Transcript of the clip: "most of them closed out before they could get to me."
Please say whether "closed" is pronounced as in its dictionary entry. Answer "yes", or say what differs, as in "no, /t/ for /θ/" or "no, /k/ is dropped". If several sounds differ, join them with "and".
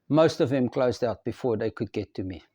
yes